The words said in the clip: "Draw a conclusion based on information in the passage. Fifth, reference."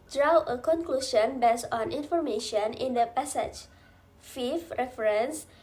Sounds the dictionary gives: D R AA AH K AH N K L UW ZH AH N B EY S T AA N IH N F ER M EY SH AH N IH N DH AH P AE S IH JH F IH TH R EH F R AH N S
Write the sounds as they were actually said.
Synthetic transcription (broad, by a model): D R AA AH K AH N K L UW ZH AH N B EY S AA N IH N F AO M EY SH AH N IH N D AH P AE S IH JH F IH F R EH F R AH N S